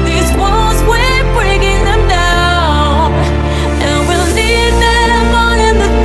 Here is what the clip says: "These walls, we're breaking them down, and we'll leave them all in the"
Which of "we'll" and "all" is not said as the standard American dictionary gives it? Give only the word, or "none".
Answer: all